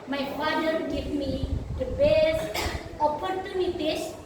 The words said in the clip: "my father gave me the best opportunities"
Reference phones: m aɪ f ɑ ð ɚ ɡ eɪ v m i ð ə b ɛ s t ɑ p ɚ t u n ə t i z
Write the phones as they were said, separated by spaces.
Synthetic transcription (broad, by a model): m aɪ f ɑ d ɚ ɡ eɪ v m i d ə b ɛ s ɑ p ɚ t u n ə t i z